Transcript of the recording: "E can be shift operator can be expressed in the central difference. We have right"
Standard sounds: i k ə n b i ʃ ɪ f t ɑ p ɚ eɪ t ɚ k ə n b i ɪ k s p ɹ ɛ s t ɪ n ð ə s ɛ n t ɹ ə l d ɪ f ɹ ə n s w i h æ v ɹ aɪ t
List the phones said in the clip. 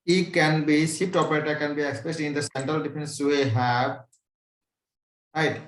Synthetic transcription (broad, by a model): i k ə n b i s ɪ p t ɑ p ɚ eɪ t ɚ k ə n b i ɪ k s p ɹ ɛ s t ɪ n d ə s ɛ n t ɹ ə l d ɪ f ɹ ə n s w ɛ h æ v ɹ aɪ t